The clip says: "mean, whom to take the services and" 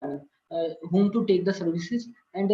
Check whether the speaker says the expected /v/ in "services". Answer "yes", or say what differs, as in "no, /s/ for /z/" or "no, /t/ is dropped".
yes